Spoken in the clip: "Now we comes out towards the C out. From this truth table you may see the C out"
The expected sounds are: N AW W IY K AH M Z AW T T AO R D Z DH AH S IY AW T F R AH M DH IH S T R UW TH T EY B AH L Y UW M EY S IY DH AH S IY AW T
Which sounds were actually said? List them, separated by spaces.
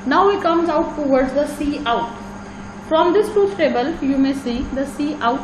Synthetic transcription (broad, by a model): N AW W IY K AH M Z AW T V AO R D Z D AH S IY AW T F R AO M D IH S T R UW F T EY B AH L Y UW M EY S IY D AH S IY AW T